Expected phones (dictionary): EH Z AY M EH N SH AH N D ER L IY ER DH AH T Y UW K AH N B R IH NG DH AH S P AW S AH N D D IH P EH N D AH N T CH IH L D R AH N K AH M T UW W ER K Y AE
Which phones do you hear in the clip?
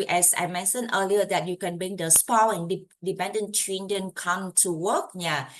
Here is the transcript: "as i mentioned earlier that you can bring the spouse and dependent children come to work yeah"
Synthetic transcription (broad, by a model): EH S AY M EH N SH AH N ER L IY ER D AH T Y UW K AH N B R IH NG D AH S P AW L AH N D D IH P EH N D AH N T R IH N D AH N K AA M T UW W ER K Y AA